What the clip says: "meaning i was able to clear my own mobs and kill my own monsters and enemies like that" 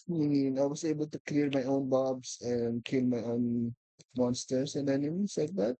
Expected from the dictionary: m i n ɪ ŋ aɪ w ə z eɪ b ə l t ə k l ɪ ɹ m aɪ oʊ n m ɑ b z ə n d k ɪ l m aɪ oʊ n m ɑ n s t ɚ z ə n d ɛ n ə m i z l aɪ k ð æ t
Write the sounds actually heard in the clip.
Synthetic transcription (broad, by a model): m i n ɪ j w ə s eɪ b ə l t ə k l ɪ ɹ m aɪ oʊ n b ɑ b s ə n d k ɪ l m aɪ oʊ n m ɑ n s t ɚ s ə n d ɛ n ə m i s l aɪ k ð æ t